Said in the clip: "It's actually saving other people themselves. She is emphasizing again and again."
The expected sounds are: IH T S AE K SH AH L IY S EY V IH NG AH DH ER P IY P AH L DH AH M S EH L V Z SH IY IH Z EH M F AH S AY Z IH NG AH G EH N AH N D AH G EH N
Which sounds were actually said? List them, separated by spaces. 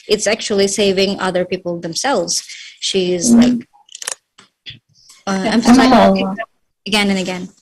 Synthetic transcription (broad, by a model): IH T S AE K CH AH L IY S EY V IH NG AH DH ER P IY P L DH AH M S EH L V Z SH IY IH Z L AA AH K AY S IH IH AH G EH N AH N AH G EH N